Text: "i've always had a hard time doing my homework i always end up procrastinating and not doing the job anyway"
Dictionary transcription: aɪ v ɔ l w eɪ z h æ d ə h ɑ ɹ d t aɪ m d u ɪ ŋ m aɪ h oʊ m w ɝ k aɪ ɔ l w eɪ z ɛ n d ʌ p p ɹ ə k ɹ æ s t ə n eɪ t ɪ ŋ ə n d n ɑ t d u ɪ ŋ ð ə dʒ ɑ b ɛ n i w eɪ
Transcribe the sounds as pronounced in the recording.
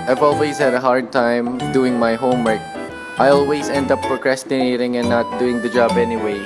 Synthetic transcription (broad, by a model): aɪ v ɔ l w eɪ z h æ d ə h ɑ ɹ d t aɪ m d u ɪ ŋ m aɪ h oʊ m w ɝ k aɪ ɔ l w eɪ z ɛ n d ʌ p f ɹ k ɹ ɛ s t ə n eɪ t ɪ ŋ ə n n ɑ t d u ɪ ŋ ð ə dʒ ɑ b ɛ n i w eɪ